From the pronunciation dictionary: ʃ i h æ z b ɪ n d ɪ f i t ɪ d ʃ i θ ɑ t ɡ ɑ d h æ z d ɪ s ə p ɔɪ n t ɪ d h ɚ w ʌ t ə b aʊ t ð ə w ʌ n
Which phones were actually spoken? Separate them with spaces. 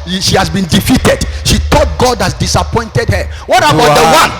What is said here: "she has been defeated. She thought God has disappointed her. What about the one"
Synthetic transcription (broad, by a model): ʃ i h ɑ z b ɪ n d ɪ f i t ɪ d ʃ i t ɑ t ɡ ɑ d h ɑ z d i s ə p ɔɪ n t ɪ d h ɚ w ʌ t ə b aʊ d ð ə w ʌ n